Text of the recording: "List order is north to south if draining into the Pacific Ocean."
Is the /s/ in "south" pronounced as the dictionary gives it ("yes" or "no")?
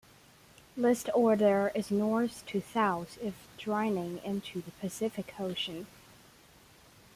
no